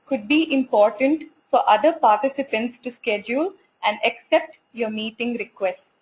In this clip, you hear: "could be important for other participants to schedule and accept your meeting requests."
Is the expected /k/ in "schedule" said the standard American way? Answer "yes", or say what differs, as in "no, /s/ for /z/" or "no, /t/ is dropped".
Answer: yes